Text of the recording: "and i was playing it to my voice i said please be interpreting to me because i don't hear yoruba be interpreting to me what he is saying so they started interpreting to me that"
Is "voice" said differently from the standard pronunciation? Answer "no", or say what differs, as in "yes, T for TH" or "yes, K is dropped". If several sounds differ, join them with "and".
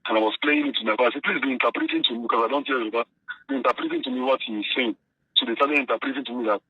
yes, S is dropped